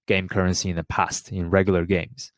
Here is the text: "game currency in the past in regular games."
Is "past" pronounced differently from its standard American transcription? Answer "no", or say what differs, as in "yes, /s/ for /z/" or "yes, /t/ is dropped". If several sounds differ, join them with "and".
no